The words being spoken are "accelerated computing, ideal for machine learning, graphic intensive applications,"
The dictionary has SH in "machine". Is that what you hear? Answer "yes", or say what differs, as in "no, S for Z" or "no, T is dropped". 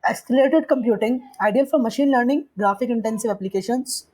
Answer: yes